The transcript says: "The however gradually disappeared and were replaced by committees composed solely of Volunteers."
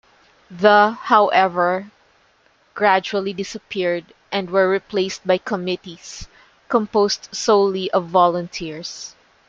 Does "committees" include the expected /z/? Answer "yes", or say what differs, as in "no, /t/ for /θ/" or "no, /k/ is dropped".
no, /s/ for /z/